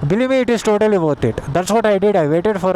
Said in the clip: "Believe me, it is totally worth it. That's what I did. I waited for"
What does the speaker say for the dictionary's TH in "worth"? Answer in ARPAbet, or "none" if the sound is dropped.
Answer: T